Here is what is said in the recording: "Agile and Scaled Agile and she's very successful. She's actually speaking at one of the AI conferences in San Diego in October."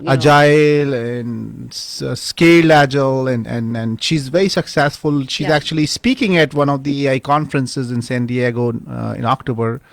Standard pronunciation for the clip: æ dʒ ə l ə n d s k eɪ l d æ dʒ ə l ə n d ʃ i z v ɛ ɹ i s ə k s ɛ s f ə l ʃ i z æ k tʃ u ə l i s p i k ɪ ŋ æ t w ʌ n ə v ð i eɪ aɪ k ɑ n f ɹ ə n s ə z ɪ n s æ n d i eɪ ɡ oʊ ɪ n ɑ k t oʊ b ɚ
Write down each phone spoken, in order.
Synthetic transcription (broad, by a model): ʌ dʒ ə l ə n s s k eɪ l æ dʒ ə l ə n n ʃ i z v ɛ ɹ i s ə k s ɛ s f ə l ʃ i z æ k tʃ u ə l i s p i k ɪ ŋ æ t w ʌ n ə v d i eɪ aɪ k ɑ n f ɹ ə n s ə z ɪ n s æ n d i eɪ ɡ oʊ ɪ n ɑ k t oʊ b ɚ